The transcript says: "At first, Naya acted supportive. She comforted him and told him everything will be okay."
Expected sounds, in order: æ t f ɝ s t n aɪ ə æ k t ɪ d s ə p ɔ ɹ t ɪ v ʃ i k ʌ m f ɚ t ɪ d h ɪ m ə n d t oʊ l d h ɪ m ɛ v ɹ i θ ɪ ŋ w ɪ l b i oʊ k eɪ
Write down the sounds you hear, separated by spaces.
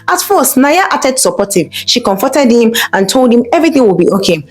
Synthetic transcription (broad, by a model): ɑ t f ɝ s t n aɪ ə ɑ t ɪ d s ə p ɔ t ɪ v ʃ i k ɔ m f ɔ t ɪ d h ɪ m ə n t oʊ l d h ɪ m ɛ v ɹ i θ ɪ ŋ w ɪ l b i oʊ k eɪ